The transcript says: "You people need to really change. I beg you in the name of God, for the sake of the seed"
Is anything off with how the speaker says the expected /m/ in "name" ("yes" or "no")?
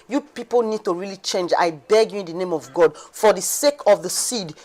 no